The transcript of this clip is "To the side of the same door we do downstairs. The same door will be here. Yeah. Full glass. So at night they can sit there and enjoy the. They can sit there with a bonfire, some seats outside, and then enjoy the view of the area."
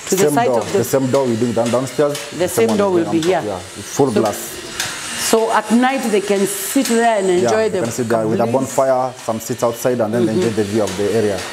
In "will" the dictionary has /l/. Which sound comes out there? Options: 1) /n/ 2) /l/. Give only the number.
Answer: 2